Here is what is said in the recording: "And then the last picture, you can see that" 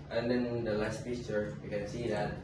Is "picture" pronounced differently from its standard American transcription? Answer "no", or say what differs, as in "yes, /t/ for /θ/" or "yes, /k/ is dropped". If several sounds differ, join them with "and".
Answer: yes, /f/ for /p/